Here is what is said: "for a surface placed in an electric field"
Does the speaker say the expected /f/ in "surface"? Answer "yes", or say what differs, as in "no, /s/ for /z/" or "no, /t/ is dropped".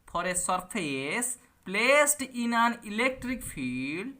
no, /p/ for /f/